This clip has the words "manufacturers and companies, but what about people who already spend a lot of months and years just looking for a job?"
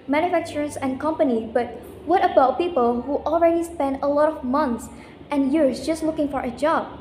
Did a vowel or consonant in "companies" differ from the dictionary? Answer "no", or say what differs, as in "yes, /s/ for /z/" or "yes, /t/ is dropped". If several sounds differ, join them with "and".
yes, /z/ is dropped